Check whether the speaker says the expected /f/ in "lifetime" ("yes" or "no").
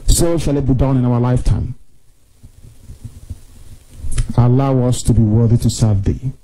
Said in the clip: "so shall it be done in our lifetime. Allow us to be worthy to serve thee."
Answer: yes